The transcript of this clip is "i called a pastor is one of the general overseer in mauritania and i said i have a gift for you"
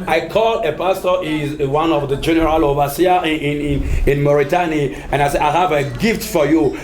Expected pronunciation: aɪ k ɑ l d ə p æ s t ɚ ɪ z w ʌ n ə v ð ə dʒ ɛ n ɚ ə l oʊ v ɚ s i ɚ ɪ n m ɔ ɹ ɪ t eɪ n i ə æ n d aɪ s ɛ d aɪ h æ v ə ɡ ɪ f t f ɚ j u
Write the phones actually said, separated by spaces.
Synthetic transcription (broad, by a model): aɪ k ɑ l ə p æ s t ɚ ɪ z w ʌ n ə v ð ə dʒ ɛ n ɚ ə l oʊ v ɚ s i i ɪ n m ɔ ɹ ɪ t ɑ n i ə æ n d aɪ s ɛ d aɪ h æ v ə ɡ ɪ f t f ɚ j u